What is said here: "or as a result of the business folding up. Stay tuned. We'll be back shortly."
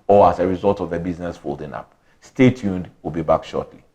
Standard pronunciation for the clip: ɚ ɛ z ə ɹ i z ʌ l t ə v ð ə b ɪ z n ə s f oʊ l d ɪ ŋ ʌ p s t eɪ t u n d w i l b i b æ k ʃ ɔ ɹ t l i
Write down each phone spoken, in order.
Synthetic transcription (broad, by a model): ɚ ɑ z ə ɹ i z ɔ l t ə v ð ə b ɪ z n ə s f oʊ l d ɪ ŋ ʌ p s t eɪ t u n d w i l b i b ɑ k ʃ ɔ t l i